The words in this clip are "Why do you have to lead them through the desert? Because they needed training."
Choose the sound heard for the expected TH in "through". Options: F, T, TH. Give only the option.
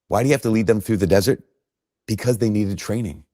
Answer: TH